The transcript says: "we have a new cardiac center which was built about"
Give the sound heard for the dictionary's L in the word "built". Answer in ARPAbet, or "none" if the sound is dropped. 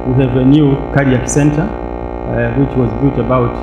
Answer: none